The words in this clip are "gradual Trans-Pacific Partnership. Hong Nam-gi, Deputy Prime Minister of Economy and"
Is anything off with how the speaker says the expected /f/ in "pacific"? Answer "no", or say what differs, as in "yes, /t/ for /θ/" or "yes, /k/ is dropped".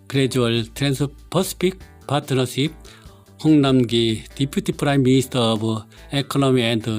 yes, /p/ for /f/